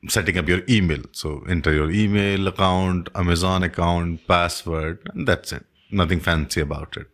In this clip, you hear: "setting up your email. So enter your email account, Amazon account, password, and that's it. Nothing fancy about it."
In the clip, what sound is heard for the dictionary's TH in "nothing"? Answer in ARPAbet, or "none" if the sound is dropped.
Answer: T